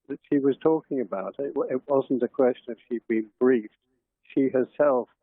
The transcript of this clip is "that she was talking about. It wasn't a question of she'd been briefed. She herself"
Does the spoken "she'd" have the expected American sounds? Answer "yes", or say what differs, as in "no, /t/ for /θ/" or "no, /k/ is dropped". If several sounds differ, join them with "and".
yes